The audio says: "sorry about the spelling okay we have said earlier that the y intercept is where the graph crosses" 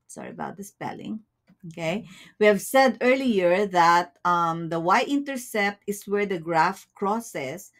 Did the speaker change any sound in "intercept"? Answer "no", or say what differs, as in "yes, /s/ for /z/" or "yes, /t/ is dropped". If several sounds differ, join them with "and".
no